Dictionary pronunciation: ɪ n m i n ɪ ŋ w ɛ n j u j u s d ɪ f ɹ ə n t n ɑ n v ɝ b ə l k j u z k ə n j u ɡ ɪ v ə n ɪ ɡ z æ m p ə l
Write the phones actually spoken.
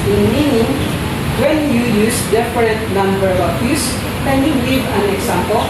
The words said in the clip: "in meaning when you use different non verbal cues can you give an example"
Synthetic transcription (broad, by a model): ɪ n m i n ɪ ŋ w ɛ n j u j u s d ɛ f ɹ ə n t n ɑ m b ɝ ə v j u s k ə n j u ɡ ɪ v ə n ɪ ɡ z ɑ m p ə l